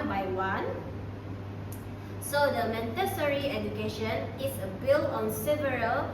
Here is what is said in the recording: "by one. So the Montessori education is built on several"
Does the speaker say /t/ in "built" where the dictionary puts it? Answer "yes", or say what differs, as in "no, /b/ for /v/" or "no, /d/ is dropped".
no, /t/ is dropped